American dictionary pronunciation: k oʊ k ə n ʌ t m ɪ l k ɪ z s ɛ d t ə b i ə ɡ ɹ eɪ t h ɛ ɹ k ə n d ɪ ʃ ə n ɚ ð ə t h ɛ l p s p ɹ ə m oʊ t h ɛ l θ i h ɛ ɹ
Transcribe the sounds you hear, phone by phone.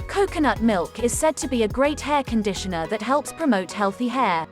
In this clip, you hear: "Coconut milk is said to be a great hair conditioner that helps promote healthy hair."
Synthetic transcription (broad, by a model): k oʊ k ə n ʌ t m ɪ l k ɪ z s ɛ d t ə b i ə ɡ ɹ eɪ t h ɛ k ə n d ɪ ʃ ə n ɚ ð ə t h ɛ l p s p ɹ ə m oʊ t h ɛ l θ i h ɛ